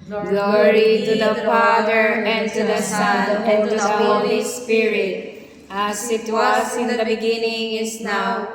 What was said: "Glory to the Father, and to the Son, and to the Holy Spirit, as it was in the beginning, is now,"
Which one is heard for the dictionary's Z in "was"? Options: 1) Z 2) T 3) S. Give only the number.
3